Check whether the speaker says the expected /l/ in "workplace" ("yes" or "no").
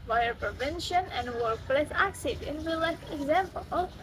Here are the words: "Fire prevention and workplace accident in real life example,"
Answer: yes